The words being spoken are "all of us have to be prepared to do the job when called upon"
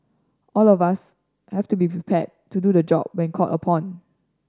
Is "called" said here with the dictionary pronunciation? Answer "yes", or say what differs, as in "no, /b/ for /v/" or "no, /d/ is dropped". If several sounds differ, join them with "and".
no, /d/ is dropped